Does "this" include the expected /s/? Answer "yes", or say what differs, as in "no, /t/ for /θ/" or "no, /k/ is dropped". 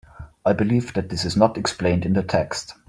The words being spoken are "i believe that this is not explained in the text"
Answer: yes